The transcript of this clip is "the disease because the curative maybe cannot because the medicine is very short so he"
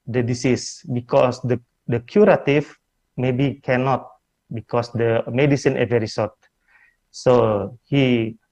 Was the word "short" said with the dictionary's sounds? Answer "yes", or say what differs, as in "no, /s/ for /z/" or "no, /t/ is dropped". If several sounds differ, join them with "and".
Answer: no, /s/ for /ʃ/